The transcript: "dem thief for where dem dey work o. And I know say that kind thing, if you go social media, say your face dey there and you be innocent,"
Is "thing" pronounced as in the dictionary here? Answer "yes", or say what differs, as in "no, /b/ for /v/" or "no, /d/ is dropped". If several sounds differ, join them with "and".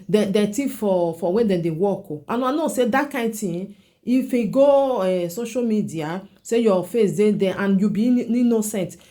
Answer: no, /t/ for /θ/